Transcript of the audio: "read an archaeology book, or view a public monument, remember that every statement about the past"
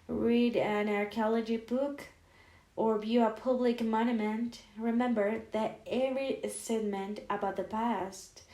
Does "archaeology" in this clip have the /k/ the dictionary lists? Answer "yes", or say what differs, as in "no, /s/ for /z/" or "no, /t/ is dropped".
yes